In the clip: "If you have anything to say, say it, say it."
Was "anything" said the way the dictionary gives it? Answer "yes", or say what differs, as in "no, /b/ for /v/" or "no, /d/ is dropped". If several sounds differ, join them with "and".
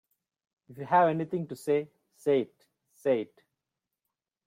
no, /t/ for /θ/